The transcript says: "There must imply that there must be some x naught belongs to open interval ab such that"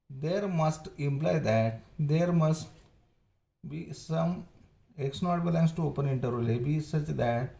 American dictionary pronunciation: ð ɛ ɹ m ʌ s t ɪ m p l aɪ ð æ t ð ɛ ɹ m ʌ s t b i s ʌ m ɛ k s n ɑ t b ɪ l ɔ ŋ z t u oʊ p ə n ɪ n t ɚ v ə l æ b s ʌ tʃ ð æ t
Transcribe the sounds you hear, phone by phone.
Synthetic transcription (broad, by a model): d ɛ ɹ m ʌ s t ɪ m p l aɪ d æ t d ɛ ɹ m ʌ s t b i s ʌ m ɛ k s n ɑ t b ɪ l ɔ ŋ s t u oʊ p ə n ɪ n t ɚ ə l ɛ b s ʌ tʃ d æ t